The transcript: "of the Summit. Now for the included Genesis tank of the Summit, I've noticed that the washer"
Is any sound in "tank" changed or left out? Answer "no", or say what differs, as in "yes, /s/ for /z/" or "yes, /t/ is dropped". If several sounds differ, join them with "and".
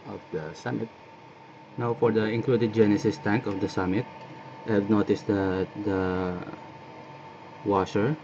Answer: no